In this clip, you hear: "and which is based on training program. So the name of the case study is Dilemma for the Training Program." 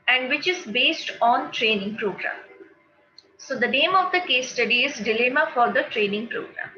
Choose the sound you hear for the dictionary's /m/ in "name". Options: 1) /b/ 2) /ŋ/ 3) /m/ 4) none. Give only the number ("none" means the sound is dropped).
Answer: 3